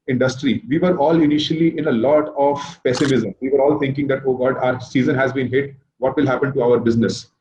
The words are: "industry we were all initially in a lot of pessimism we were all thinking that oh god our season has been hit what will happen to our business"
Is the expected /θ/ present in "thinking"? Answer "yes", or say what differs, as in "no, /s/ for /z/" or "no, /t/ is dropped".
no, /t/ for /θ/